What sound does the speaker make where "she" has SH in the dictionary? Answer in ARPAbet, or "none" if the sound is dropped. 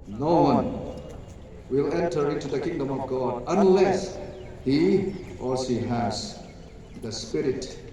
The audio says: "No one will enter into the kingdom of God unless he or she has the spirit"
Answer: S